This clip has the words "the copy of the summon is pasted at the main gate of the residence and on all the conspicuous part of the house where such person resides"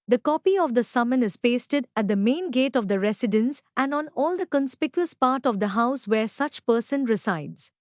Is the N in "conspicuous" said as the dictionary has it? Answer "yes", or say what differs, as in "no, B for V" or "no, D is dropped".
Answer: yes